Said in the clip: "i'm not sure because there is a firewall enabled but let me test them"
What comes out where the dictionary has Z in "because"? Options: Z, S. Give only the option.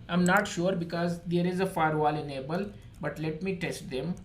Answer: Z